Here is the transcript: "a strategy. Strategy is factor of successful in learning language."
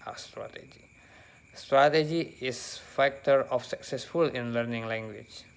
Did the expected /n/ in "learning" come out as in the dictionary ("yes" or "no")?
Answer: yes